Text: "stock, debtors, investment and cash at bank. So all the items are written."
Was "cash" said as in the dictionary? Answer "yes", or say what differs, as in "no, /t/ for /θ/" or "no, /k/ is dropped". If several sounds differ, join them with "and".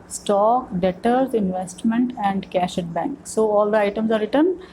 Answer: yes